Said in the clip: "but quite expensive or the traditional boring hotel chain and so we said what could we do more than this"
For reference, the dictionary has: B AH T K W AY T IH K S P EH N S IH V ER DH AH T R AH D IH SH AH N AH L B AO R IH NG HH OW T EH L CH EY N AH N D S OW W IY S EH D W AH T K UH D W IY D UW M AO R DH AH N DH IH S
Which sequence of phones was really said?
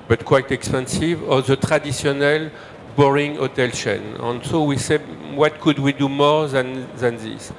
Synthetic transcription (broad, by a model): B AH T K W AY T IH K S P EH N S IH V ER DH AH T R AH D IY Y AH N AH L B AO R IH NG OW T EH L SH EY N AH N S OW W IY S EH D W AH T K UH D W IY D UW M AO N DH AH N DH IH S